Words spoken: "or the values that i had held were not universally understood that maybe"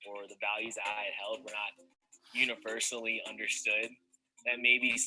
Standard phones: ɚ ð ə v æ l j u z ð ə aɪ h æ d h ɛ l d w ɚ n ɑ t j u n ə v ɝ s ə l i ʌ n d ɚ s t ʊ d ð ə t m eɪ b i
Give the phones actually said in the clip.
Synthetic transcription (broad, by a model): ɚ ð ə v æ l j u z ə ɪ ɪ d h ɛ l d w ɚ n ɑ t j u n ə v ɝ s l i ʌ n d ɚ s t ʊ d ð ə t m eɪ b i